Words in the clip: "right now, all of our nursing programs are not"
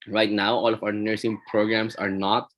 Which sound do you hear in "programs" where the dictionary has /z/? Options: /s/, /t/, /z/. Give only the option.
/s/